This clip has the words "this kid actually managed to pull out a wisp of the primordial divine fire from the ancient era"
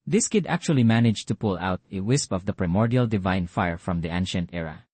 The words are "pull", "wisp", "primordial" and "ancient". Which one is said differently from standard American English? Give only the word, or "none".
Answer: none